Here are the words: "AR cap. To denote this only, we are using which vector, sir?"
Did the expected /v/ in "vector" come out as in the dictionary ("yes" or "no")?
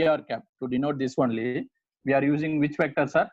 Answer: no